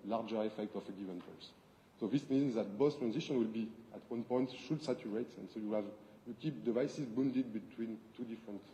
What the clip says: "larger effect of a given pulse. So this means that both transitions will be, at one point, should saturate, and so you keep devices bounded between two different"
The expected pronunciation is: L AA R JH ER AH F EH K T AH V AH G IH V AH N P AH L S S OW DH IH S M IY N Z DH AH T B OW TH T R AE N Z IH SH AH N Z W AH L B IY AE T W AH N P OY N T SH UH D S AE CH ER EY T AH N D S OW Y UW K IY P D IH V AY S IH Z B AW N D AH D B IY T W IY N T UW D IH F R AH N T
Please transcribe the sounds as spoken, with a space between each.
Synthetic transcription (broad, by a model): L AA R JH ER AH F EH K T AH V AH G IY V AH N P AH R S S OW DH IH S M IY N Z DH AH T B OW S T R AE N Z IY SH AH N W AH L B IY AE T W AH N P OY N T SH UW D S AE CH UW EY T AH N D S OW Y UW K IY P D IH V AY S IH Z B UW N D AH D B IY T W IY N T UW D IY F R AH N T